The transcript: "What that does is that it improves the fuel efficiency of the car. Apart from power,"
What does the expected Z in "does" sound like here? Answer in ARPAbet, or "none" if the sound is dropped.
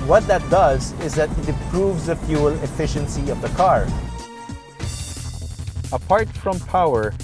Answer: Z